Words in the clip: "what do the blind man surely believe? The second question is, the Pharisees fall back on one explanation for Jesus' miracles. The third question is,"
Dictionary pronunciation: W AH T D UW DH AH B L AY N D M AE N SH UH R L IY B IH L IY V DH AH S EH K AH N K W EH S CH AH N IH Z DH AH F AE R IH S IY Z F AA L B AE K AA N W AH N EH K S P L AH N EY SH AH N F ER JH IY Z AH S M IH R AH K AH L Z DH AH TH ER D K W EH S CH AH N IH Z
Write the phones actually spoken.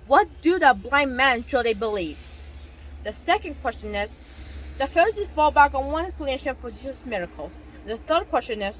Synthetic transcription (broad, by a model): W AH T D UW DH AH B L AY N M AE N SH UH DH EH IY B IH L IY V DH AH S EH K AH N K W EH S CH AH N IH Z DH AH F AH R S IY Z F AA L B AE K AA N W AH N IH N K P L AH EY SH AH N F ER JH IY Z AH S M IH R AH K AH L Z DH AH TH ER D K W EH S CH AH N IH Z